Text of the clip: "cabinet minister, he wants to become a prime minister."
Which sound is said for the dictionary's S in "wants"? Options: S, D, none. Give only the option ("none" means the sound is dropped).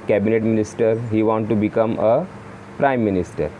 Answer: none